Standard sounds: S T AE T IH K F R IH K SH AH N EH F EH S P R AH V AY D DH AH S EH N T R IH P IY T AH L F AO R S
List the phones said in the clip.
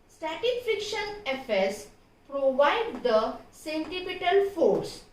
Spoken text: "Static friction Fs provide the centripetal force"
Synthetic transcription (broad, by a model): S T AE T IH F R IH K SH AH N EH F EH S P R AH V AY D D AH S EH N T IH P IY T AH L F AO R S